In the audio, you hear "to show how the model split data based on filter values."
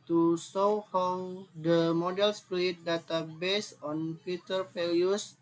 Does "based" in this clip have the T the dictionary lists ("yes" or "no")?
no